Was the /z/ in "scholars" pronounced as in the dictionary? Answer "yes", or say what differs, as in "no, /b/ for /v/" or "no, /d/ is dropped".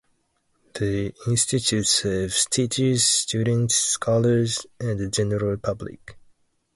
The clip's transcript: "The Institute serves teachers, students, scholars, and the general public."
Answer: yes